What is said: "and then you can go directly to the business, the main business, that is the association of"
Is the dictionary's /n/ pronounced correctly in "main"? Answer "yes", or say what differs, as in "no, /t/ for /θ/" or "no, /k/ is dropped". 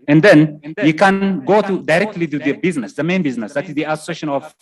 yes